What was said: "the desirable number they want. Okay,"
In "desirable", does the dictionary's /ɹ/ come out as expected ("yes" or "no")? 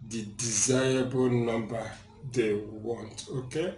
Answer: no